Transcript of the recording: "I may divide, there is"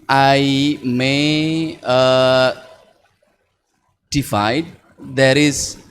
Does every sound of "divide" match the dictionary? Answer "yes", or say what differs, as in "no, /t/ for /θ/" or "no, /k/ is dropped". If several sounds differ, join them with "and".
no, /f/ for /v/